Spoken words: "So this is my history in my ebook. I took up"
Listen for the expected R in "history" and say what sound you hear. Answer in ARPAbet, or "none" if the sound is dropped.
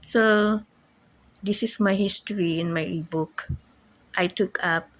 R